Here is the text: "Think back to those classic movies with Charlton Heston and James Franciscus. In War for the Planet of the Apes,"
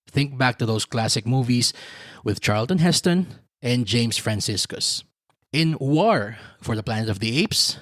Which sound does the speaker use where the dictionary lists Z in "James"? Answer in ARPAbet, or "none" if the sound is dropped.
S